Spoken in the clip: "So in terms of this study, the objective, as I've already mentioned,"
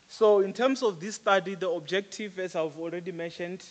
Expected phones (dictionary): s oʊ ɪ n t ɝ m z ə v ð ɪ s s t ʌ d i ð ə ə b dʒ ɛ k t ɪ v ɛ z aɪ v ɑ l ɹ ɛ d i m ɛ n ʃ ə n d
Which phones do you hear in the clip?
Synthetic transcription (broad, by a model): s oʊ ɪ n t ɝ m s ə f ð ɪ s s t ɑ d i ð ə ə b dʒ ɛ k t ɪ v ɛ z aɪ v ɑ l ɹ ɛ d i m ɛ n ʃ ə n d